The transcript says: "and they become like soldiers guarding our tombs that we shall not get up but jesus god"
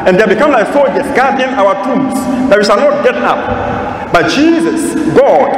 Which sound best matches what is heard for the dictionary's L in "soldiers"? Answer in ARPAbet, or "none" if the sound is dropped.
none